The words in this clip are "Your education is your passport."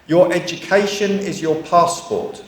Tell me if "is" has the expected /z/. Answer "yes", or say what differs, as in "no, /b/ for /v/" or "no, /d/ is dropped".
yes